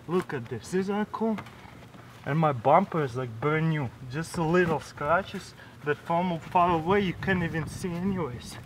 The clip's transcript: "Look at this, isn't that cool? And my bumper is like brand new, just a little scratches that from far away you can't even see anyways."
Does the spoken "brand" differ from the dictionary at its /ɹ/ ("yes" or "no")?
yes